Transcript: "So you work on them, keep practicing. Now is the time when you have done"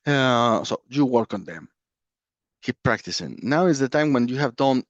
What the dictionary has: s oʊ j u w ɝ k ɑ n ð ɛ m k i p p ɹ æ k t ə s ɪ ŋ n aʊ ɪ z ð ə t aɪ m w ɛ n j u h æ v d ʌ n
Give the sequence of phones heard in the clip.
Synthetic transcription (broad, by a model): s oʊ j u w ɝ k ɑ n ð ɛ m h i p p ɹ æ k t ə s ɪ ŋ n aʊ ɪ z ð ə t aɪ m w ɛ n j u h æ v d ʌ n